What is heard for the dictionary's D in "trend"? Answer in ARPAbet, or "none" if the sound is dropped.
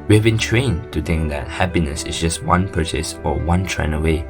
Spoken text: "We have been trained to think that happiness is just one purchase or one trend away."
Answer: none